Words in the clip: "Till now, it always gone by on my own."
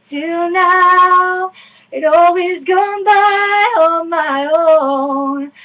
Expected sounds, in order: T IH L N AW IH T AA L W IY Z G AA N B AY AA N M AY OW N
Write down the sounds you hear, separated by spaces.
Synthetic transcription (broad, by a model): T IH N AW IH T AA L W IY Z G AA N B AY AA M AY OW N